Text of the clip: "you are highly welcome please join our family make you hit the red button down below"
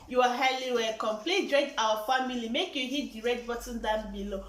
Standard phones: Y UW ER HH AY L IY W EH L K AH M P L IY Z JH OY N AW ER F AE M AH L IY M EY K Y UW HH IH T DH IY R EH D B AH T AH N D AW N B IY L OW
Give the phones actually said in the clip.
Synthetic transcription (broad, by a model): Y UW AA HH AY L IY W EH K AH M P L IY JH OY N AW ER F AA M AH L IY M EY K Y UW HH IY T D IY R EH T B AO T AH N D AW N B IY L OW